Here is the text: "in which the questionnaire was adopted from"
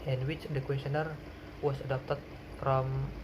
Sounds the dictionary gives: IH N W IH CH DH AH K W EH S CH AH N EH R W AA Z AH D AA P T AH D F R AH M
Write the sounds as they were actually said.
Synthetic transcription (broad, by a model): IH N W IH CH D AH K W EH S AH N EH R W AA S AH D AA P T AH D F R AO M